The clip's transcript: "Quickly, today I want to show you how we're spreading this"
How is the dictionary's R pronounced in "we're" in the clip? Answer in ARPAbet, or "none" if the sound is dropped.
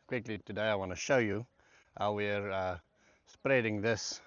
R